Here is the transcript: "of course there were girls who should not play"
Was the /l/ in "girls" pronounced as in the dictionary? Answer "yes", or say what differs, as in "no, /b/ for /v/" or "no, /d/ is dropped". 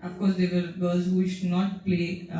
no, /l/ is dropped